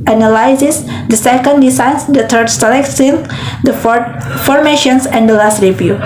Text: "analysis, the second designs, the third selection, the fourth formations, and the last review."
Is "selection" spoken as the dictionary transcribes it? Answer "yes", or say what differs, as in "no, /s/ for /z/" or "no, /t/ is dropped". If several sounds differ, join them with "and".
no, /s/ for /ʃ/